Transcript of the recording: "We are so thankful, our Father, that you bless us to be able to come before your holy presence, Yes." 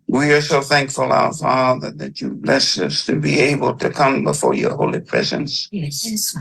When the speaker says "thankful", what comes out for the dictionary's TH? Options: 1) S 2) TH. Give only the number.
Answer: 2